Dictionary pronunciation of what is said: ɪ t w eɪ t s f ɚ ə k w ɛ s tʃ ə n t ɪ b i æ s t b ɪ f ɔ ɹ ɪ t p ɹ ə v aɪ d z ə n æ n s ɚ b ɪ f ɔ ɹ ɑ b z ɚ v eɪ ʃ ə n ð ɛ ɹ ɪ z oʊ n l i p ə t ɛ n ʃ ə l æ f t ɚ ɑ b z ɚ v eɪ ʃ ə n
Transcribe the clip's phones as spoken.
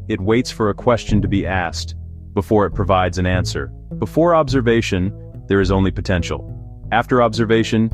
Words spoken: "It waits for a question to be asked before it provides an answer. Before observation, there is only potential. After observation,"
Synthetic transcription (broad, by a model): ɪ t w eɪ t s f ɚ ə k w ɛ s tʃ ə n t ɪ b i æ s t b ɪ f ɔ ɹ ɪ t p ɹ ə v aɪ d z ə n æ n s ɚ b ɪ f ɔ ɹ ɑ b z ɚ v eɪ ʃ ə n ð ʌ ɹ ɪ z oʊ n l i p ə t ɛ n ʃ l æ f t ɚ ɑ b z ɚ v eɪ ʃ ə n